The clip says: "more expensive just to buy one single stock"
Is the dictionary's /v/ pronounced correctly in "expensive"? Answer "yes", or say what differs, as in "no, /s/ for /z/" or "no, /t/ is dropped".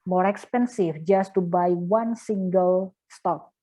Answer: no, /f/ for /v/